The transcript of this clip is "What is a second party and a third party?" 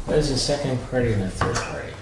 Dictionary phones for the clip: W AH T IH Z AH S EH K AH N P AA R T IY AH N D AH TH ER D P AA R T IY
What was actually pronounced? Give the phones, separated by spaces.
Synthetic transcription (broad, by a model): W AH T IH Z AH S EH K AH N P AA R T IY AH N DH AH TH ER D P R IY